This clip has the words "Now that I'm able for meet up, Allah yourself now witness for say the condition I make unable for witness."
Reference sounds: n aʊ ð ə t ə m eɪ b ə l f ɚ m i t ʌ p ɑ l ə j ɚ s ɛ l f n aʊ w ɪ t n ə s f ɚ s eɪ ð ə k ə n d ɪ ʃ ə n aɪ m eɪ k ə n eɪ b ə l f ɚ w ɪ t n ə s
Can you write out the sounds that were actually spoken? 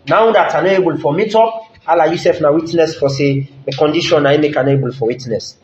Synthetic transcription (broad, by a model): n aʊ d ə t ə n eɪ b ə l f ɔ m i t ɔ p ɑ l ə j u s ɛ f n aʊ w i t n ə s f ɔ s eɪ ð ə k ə n d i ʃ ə n aɪ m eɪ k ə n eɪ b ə l f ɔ w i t n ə s